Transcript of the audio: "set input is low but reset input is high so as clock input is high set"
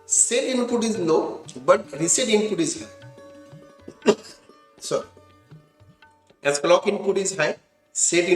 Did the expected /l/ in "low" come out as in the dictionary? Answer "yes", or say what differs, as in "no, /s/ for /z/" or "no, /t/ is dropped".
no, /n/ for /l/